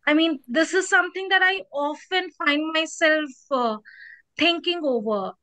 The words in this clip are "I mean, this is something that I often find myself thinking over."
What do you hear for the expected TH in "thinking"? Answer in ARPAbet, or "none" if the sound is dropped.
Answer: T